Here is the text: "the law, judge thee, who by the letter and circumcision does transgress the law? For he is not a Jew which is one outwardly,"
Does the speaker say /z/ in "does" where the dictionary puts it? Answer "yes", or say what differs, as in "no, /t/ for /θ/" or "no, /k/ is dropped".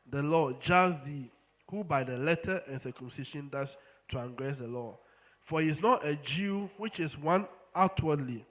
no, /s/ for /z/